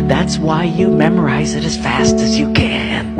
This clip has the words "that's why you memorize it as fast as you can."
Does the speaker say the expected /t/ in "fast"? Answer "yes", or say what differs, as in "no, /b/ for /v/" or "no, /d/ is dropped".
yes